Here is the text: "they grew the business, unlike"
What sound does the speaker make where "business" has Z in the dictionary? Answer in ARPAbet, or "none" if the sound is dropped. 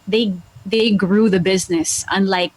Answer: Z